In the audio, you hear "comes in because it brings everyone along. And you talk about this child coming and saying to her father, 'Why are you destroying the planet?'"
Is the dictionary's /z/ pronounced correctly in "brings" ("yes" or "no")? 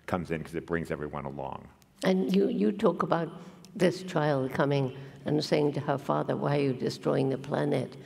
yes